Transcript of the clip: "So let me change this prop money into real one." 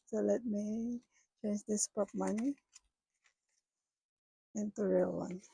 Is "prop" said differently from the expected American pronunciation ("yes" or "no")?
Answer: yes